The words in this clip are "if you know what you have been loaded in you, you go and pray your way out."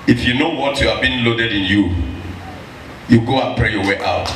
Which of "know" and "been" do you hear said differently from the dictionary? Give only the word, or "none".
none